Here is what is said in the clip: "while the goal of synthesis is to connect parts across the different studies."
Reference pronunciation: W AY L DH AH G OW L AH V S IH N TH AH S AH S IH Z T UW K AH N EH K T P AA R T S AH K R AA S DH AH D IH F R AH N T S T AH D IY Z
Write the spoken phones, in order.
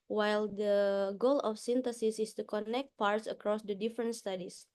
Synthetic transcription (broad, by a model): W AY L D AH G OW L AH F S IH N T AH S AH S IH S T UW K AH N EH K T P AA R T S AH K R AA S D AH D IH F R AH N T S T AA D IY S